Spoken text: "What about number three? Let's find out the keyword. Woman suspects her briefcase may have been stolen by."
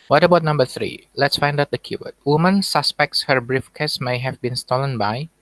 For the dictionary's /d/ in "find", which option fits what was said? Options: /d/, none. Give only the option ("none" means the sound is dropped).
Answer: /d/